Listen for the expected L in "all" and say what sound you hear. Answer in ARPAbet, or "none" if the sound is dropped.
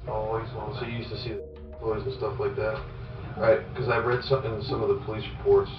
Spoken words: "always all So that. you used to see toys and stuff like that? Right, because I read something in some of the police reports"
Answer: N